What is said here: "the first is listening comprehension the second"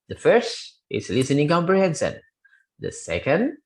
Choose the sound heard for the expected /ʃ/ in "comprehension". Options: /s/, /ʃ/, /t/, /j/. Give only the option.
/s/